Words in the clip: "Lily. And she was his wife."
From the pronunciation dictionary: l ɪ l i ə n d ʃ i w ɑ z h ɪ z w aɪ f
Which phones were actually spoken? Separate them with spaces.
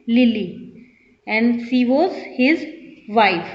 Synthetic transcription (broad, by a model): l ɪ l i ə n d s i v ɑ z h ɪ z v aɪ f